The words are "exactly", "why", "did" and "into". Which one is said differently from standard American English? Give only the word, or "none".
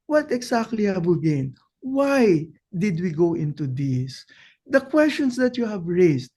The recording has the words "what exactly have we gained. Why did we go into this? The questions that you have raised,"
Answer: exactly